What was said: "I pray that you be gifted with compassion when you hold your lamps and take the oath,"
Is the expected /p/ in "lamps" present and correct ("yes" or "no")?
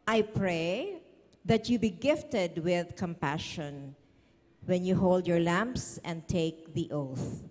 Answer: yes